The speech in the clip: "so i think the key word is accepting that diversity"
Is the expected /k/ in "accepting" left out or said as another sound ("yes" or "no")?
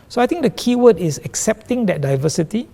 no